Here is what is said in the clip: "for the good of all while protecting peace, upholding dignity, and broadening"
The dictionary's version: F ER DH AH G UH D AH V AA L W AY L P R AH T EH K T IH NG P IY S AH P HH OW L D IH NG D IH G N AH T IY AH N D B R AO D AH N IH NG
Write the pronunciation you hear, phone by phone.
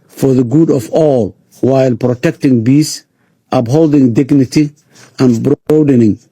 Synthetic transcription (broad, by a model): F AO DH AH G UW D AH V AA L W AY L P R AH T EH K T IH NG B IY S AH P HH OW L D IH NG D IH G N AH T IY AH N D B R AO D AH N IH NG